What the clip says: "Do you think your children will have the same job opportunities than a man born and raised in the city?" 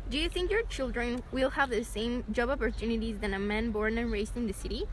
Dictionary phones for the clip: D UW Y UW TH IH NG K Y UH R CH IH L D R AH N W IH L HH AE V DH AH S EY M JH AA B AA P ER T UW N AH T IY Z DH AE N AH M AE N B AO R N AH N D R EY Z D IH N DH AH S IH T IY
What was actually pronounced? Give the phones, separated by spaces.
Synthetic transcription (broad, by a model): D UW Y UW TH IH NG K Y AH R CH IH L D R AH N W IH L HH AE V DH AH S EY M JH AA B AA P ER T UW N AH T IY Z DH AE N AH M AE N B AO R N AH N R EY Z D IH N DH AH S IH T IY